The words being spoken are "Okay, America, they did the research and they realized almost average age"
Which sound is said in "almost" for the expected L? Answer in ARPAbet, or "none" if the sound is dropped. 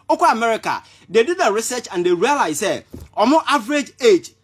none